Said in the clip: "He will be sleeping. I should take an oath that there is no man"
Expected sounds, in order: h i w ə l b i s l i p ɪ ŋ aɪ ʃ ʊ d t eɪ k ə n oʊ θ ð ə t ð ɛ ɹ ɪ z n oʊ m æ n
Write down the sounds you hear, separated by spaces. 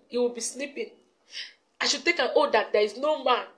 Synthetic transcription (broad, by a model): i w ə l b i s n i p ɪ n aɪ ʃ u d t eɪ k ə n oʊ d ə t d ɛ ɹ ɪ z n oʊ m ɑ n